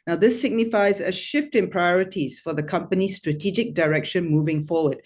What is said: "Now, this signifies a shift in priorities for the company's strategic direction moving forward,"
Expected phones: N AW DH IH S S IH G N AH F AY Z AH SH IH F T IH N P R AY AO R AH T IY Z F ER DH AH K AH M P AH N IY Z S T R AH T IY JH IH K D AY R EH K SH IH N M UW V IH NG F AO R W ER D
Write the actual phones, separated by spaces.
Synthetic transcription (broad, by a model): N AW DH IH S S IH G N AH F AY Z AH SH IH F T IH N P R AY AO R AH T IY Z F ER DH AH K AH M P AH N IY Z S T R AH T IY JH IH K D AY R EH K SH IH N M UW V IH NG F AO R W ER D